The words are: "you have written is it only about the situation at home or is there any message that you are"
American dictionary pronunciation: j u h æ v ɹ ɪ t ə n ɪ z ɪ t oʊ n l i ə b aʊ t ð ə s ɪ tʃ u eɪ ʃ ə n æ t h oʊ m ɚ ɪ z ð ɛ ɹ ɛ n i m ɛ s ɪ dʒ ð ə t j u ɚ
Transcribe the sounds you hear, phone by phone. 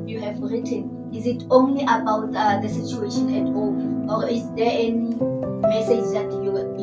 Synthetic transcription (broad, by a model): j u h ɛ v ɹ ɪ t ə n ɪ z ɪ t oʊ n l i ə b aʊ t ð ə s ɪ tʃ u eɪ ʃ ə n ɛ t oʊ ɔ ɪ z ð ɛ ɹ ɛ n i m ɛ s ɪ dʒ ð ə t j u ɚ